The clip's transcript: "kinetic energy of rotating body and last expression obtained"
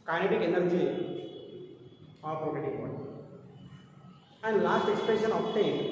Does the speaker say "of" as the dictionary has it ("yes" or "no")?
no